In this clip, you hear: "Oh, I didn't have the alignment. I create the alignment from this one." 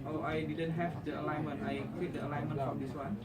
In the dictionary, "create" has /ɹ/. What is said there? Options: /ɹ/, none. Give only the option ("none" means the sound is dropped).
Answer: none